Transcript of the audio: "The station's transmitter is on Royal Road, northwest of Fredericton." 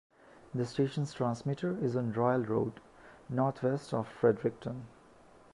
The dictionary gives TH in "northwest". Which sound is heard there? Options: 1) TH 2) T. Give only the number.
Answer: 2